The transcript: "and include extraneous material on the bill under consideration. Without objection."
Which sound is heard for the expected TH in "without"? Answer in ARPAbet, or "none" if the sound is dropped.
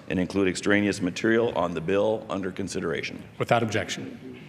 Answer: TH